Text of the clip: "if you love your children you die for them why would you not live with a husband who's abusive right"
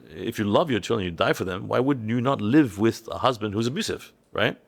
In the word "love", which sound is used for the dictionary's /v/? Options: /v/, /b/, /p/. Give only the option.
/v/